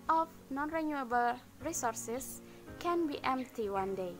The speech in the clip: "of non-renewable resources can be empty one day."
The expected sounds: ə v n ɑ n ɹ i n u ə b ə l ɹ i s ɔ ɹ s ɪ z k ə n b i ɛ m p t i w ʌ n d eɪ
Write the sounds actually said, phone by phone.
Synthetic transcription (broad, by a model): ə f n ɑ n ɹ i n u ə b ə l ɹ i s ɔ ɹ s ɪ s k ə n b i ɛ m p t i w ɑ n d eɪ